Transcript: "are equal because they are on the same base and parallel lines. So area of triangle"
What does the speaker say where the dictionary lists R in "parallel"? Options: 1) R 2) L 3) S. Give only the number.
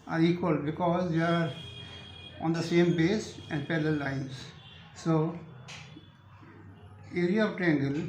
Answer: 2